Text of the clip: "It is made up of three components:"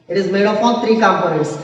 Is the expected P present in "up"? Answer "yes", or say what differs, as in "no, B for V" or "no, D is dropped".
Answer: no, F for P